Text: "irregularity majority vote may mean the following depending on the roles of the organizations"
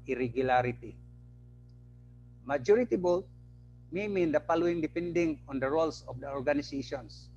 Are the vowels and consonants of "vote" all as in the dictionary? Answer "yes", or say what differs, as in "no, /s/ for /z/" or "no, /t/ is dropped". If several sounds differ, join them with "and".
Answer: no, /b/ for /v/